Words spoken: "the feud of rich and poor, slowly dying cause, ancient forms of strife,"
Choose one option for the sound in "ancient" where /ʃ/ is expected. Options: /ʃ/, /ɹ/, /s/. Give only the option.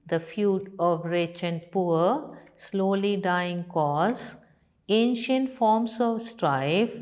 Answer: /ʃ/